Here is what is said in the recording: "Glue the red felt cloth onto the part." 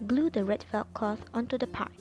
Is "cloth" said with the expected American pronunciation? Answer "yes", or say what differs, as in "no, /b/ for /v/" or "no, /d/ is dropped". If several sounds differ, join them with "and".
no, /l/ is dropped